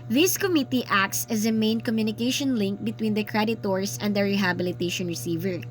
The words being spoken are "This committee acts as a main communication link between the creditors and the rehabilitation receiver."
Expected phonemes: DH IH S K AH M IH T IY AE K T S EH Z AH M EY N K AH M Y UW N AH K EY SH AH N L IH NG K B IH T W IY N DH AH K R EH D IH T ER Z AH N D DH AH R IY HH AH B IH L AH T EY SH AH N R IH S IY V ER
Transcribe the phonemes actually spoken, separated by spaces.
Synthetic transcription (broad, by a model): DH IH S K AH M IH T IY AE K T S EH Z AH M EY N K AH M Y UW N AH K EY SH AH N L IH NG K B IH T W IY N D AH K R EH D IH T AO S AH N D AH R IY HH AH B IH L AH T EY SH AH N R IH S IY V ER